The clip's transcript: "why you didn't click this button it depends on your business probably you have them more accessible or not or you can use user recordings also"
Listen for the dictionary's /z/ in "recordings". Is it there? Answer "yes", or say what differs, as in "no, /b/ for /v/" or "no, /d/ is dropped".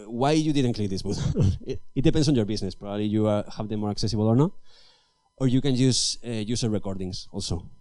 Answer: no, /s/ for /z/